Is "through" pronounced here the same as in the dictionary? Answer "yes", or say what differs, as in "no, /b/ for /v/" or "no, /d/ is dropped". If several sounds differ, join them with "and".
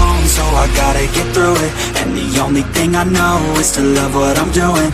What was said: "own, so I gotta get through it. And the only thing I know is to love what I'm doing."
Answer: yes